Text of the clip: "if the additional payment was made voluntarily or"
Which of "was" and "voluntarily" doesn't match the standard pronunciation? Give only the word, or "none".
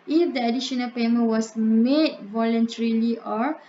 was